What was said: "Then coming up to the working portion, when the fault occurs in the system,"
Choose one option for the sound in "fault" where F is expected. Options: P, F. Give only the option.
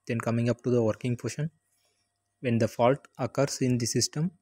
F